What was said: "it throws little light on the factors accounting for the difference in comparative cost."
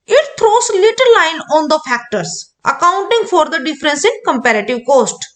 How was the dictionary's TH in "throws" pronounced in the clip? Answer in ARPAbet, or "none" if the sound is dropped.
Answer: T